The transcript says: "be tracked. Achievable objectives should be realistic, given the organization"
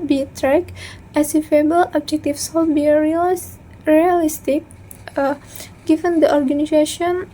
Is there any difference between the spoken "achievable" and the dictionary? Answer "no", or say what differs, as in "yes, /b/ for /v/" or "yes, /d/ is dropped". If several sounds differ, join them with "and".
yes, /s/ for /tʃ/